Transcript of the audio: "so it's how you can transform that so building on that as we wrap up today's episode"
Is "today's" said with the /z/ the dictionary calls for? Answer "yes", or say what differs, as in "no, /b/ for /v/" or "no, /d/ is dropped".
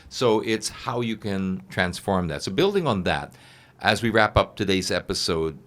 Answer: yes